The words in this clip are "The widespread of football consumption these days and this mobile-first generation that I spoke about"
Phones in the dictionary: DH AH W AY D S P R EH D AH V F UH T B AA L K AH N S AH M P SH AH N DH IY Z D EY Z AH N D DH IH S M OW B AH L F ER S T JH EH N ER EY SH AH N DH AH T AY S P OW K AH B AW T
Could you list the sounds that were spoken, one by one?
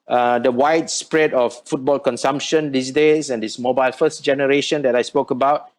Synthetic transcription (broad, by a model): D AH W AY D S P R EH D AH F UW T B AA L K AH N S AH M P SH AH N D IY S D EY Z AH N D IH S M OW B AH L F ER S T JH EH N ER EY SH AH N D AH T AY S P OW K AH B AW T